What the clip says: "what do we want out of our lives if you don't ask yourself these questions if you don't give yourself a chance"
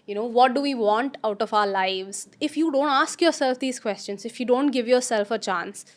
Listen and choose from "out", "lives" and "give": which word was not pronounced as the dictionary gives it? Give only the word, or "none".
none